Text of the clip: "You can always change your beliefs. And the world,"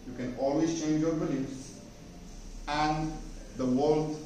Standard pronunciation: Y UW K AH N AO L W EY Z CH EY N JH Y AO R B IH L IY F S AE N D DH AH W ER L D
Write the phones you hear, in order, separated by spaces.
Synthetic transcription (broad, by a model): Y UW K AH N AO L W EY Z CH EY N JH Y AO R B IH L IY S AE N D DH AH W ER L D